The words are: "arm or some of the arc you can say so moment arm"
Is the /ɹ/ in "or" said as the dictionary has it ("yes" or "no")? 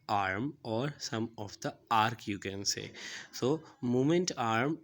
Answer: yes